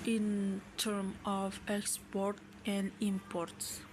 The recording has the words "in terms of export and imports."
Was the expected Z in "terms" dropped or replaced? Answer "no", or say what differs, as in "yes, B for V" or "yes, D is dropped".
yes, Z is dropped